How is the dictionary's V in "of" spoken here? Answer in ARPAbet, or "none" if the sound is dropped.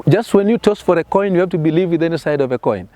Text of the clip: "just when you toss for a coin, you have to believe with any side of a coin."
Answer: V